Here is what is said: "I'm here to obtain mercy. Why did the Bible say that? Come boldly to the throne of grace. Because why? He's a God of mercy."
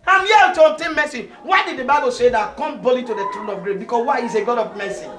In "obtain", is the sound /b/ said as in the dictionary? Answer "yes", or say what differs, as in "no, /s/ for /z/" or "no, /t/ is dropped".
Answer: no, /b/ is dropped